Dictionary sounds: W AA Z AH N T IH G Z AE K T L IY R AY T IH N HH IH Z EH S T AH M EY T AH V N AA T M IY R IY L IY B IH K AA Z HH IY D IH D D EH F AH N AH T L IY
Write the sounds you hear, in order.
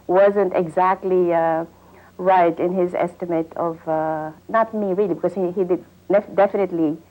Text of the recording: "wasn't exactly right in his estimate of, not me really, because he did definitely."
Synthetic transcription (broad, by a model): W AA Z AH N T IH G Z AE K T L IY R AY T IH N HH IH Z EH S T AH M EY T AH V N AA T M IY R IY L IY B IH K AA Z HH IY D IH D D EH F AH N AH T L IY